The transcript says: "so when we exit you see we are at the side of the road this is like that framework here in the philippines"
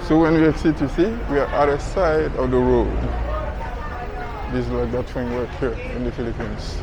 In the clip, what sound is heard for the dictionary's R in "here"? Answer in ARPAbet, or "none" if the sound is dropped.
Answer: R